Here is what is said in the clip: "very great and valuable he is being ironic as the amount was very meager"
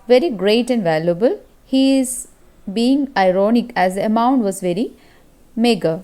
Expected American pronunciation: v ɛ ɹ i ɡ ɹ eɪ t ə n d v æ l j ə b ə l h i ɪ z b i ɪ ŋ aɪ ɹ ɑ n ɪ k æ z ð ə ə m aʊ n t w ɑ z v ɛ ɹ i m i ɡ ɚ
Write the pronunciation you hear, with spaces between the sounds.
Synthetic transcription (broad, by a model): v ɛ ɹ i ɡ ɹ eɪ t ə n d v æ l j ə b ə l h i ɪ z b i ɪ ŋ aɪ ɹ ɑ n ɪ k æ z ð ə ə m aʊ n t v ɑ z v ɛ ɹ i m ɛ ɡ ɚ